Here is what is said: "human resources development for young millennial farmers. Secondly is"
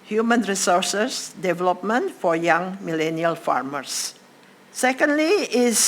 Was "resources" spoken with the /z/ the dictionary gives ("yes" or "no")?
no